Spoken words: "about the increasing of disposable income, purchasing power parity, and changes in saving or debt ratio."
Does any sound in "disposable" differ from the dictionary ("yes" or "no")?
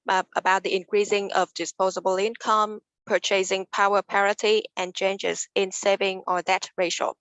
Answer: no